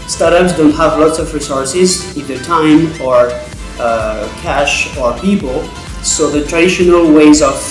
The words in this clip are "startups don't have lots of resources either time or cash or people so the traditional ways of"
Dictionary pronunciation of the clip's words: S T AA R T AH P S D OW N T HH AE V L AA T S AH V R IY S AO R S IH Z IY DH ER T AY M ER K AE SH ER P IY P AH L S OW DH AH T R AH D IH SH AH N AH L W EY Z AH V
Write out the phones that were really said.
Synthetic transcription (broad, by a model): S T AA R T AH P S D OW N T HH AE V L AA T S AH V R IY S AO R S IH Z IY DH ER T AY M ER K AE SH ER P IY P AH L S OW DH AH T R AH D IH SH AH N AH L W EY Z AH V